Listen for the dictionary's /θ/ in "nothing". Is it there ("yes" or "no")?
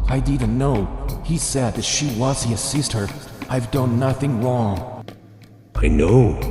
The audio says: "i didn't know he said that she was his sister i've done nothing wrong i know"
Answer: yes